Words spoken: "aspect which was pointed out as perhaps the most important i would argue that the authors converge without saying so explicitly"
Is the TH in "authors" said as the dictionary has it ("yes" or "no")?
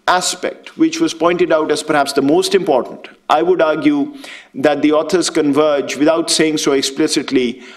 no